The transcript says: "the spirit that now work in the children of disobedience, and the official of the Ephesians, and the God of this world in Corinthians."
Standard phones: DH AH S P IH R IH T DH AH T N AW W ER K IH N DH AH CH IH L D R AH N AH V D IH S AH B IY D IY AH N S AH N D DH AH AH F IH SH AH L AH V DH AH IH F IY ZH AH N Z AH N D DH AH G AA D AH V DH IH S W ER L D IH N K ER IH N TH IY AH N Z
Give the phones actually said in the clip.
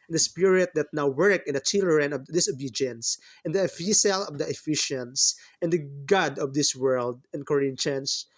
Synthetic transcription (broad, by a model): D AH S P IH R IH T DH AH T N AW W ER K IH N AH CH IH L R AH N AH V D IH S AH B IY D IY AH N S AH N D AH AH F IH S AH L AH V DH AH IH F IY SH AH N S AH N D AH G AA D AH V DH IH S W ER L D IH N K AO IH N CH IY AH N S